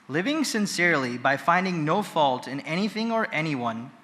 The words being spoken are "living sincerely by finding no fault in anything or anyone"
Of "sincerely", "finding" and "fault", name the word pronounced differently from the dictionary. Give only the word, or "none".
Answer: none